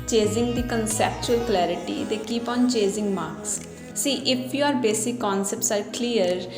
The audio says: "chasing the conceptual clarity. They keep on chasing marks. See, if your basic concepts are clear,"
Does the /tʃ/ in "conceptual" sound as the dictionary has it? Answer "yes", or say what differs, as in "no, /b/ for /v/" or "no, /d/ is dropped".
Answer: yes